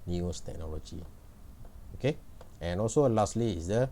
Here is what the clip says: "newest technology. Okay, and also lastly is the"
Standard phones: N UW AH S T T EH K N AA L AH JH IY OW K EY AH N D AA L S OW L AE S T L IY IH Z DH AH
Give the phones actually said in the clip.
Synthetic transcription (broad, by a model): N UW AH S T T EH K N AA L AH JH IY OW K EY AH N AA L S OW L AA S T L IY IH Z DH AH